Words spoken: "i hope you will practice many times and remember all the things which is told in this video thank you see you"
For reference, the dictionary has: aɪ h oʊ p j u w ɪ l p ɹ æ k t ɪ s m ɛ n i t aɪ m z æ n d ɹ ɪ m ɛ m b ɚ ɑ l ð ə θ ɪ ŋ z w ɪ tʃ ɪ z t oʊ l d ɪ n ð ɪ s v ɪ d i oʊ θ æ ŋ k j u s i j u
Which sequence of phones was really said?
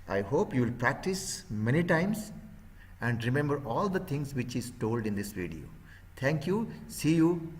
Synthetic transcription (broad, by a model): aɪ h oʊ p j u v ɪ l p ɹ æ k t ɪ s m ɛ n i t aɪ m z æ n d ɹ ɪ m ɛ m b ɚ ɑ l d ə t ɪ ŋ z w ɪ tʃ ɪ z t oʊ l d ɪ n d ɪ s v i d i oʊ t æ ŋ k j u s i j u